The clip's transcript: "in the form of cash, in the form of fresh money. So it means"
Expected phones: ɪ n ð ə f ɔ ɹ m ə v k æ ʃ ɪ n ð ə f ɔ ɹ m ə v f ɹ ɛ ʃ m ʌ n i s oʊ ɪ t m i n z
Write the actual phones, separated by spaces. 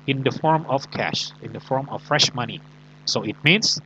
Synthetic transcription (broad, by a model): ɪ n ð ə f ɔ ɹ m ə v k æ ʃ ɪ n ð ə f ɔ ɹ m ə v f ɹ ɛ ʃ m ʌ n i s oʊ ɪ t m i n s